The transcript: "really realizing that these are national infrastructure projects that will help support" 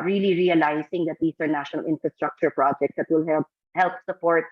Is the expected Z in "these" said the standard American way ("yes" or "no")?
no